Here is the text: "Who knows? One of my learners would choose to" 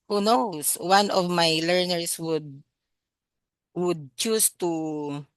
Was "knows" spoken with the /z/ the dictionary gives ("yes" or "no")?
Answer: no